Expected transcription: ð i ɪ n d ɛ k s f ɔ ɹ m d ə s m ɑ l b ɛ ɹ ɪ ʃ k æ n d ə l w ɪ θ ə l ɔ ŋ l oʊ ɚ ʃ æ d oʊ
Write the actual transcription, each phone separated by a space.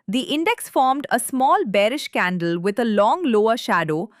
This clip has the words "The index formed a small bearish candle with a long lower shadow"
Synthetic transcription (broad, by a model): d i ɪ n d ɛ k s f ɔ ɹ m d ə s m ɑ l b ɛ ɹ ɪ ʃ k æ n d ə l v ɪ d ə l ɔ ŋ l oʊ ɚ ʃ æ d oʊ